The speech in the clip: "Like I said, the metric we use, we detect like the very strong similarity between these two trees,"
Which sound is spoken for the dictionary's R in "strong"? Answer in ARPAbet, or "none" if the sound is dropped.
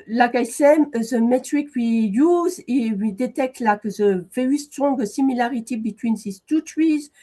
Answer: none